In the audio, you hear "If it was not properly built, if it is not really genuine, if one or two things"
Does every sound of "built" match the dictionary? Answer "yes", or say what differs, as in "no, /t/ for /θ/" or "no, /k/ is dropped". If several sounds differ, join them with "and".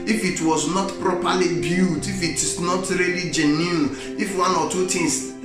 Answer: no, /l/ is dropped